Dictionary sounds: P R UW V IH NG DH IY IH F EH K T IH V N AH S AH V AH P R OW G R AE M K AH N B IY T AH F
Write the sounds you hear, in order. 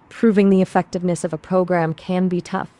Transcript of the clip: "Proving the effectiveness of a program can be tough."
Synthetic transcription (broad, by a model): P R UW V IH NG DH IY IH F EH K T IH V N AH S AH V AH P R OW G R AE M K AH N B IY T AH F